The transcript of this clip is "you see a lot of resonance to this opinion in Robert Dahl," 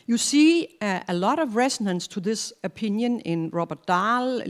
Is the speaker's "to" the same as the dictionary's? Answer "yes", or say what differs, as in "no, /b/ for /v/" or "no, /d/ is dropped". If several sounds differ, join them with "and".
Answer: yes